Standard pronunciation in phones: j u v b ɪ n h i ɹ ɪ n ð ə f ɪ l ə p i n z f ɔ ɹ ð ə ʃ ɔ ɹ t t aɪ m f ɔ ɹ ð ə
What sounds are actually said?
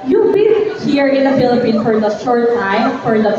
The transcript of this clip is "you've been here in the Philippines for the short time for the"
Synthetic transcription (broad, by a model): j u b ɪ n h i ɹ ɪ n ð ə f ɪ l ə p i n f ɔ ɹ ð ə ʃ ɔ ɹ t t aɪ m f ɔ ɹ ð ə